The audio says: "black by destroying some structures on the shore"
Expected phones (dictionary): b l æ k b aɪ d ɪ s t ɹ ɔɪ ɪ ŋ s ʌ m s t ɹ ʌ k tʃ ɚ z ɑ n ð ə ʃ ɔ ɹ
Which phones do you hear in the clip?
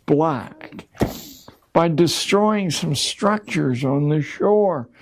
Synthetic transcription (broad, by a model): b l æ k b aɪ d ɪ s t ɹ ɔɪ ɪ ŋ s ʌ m s t ɹ ʌ k tʃ ɚ z n ð ə ʃ ɔ ɹ